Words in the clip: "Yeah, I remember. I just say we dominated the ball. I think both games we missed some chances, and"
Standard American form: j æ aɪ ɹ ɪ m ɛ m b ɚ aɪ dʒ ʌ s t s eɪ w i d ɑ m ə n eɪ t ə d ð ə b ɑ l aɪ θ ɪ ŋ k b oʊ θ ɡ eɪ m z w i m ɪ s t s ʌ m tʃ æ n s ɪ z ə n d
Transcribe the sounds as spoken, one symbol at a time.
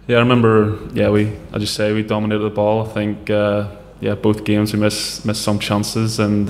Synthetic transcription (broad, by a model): j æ aɪ ɹ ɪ m ɛ m b ɚ aɪ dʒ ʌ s s eɪ w i d ɑ m ə n eɪ t ə d ð ə b ɑ l aɪ θ ɪ ŋ k b oʊ θ ɡ eɪ m z w i m ɪ s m s ʌ m tʃ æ n s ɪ z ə n